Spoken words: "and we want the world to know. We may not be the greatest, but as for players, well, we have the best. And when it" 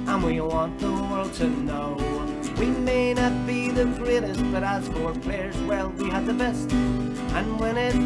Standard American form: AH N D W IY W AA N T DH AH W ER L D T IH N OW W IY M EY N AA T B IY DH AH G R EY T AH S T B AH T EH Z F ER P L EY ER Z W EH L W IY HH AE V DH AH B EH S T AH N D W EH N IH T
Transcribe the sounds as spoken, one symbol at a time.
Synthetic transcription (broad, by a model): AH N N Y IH W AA N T DH AH W ER L D T IH N OW W IY M EY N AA T B IY DH AH G R EY T AH S T B AH T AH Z F ER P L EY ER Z W EH L W IY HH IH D DH AH B EH S T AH N W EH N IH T